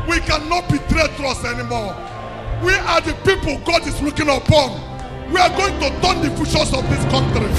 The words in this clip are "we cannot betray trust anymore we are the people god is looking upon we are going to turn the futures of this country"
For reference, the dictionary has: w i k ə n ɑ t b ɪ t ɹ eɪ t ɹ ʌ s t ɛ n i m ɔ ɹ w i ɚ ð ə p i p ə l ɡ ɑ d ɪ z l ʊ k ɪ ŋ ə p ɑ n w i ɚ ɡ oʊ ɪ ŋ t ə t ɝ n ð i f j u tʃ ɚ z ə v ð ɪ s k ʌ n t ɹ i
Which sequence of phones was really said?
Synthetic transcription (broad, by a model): w i k ə n ɑ t b ɪ t ɹ eɪ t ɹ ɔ s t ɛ n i m ɔ w i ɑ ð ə p i p ə l ɡ ɑ d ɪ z l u k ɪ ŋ ə p ɑ n w i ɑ ɡ oʊ ɪ ŋ t ə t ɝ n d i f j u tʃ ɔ s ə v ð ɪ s k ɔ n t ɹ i